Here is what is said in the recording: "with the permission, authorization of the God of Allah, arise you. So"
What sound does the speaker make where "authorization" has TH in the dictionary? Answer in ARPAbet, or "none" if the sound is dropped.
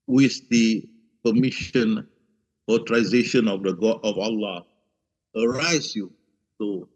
T